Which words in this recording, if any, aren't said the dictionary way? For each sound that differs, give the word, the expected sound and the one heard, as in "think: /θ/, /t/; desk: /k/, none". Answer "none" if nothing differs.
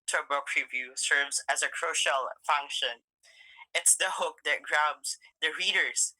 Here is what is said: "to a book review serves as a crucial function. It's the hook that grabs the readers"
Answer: none